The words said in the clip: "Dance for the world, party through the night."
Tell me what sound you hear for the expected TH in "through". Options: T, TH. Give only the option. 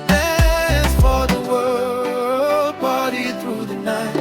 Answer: TH